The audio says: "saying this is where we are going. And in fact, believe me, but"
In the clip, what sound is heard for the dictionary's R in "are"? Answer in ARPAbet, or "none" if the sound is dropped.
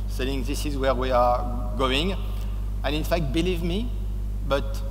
R